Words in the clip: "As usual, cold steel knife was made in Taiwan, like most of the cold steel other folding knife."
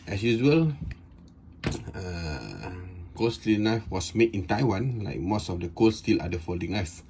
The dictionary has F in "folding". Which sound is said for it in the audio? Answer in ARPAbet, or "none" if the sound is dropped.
F